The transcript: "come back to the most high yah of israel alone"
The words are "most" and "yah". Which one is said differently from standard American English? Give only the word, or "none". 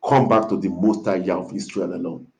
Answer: none